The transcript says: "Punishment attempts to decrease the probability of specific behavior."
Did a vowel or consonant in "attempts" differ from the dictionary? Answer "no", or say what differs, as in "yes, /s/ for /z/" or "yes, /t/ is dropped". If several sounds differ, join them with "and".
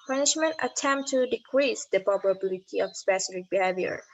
yes, /s/ is dropped